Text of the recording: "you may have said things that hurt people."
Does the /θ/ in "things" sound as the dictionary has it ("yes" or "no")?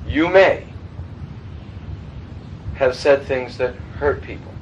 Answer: yes